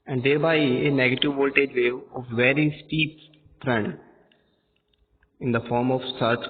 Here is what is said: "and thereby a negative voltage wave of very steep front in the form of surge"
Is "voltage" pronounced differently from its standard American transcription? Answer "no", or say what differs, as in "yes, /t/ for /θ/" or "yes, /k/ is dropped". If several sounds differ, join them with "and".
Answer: no